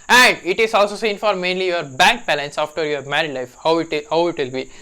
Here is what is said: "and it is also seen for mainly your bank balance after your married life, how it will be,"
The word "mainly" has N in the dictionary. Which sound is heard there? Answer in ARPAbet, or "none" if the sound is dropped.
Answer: N